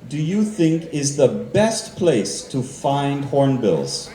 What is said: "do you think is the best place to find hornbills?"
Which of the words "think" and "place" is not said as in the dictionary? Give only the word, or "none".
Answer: none